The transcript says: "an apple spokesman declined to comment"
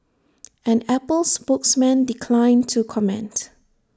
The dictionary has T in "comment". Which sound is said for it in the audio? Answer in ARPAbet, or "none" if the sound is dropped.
T